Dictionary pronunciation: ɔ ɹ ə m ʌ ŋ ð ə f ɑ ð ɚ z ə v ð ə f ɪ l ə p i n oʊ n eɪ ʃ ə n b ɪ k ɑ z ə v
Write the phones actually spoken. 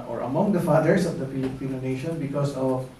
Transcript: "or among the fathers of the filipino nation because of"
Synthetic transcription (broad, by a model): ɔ ɹ ə m ʌ ŋ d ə f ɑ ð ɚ s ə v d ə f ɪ l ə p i n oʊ n eɪ ʃ ə n b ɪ k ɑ s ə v